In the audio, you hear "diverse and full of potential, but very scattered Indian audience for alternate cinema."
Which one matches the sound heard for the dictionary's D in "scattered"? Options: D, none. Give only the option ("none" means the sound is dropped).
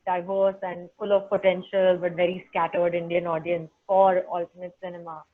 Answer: D